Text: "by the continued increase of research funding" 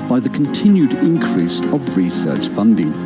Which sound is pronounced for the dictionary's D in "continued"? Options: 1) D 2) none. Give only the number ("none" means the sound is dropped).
1